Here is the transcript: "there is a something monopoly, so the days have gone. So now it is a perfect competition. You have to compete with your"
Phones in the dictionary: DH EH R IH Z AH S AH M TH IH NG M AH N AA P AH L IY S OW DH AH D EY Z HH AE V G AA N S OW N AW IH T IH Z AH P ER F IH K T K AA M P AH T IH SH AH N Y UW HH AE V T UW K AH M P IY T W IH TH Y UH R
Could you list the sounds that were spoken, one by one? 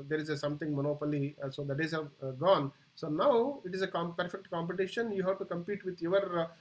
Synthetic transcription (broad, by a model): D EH R IH Z AH S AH M T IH NG M AH N AA P AH L IY S OW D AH D EY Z HH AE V G AA N S OW N AW IH T IH Z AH P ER F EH K T K AA M P AH T IH SH AH N Y UW HH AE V T UW K AH M P IY T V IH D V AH R